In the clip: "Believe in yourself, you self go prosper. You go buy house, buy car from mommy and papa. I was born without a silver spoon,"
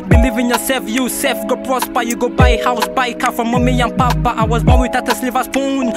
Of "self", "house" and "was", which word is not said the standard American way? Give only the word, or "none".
self